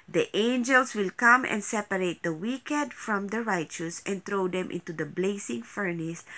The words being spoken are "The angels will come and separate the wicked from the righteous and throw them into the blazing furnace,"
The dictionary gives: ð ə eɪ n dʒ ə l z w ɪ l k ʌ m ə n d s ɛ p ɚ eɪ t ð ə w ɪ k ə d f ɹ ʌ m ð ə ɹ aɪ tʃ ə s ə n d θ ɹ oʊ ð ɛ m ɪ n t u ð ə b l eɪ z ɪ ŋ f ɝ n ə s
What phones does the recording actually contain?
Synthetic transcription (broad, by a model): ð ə eɪ n dʒ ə l s w ɪ l k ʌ m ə n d s ɛ p ɚ eɪ t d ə w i k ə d f ɹ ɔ m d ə ɹ aɪ tʃ ə s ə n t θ ɹ oʊ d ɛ m ɪ n t u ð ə b l eɪ s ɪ ŋ f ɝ n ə s